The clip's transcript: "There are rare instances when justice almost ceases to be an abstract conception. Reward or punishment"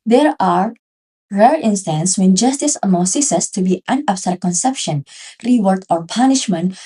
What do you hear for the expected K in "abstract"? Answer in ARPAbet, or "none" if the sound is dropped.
none